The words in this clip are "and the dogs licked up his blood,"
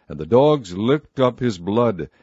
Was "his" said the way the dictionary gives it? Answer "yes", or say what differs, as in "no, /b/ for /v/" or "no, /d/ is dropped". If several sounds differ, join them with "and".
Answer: yes